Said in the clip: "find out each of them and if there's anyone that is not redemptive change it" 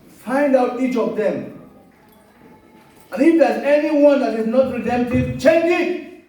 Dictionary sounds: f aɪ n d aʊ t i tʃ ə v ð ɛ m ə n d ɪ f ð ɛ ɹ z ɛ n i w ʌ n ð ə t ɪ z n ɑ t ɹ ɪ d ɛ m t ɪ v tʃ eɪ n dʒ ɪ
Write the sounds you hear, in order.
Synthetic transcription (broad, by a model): f aɪ n d aʊ t i tʃ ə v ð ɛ m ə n ɪ f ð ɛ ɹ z ɛ n i w ʌ n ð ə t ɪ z n ɑ t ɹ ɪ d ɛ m t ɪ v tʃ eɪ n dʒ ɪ